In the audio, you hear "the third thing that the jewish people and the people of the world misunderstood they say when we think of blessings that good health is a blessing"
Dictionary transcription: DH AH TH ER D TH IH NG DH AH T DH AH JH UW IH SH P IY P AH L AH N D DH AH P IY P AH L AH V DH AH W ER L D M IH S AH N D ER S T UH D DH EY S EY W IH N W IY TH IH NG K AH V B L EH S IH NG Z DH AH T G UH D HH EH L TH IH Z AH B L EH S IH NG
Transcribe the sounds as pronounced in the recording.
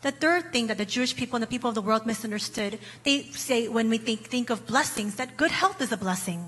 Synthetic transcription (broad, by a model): DH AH TH ER D TH IH NG DH AH T DH AH JH UW IH SH P IY P L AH N DH AH P IY P L AH V DH AH W ER L D M IH S AH N D ER S T UH D DH EY S EY W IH N W IY TH IH NG K AH V B L EH S IH NG Z DH AH T G UH D HH EH L TH IH Z AH B L EH S IH NG